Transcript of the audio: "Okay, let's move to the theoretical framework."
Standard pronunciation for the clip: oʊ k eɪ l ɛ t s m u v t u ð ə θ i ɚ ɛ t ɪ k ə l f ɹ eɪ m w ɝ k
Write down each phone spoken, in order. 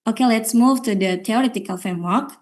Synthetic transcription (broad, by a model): oʊ k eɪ l ɛ t s m u v t u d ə t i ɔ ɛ t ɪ k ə l f ɹ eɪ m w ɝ k